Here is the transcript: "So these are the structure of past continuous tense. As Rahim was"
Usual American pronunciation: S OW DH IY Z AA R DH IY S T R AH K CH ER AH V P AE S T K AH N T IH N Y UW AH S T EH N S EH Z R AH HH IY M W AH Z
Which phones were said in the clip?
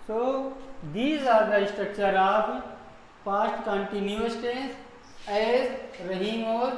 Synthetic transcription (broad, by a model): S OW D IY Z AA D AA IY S T R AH K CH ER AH P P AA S T K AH N T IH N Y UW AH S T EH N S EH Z R AH HH IY M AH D